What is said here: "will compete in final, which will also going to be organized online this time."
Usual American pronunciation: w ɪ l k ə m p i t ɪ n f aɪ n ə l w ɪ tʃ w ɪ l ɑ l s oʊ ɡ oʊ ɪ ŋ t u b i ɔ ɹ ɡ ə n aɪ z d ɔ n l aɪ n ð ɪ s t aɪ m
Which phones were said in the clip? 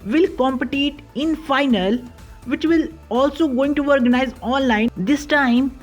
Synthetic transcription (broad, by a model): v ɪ l k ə m p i t ɪ n f aɪ n ə l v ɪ tʃ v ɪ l ɑ l s oʊ ɡ oʊ ɪ ŋ t u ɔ ɹ ɡ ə n aɪ z ɔ n l aɪ n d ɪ s t aɪ m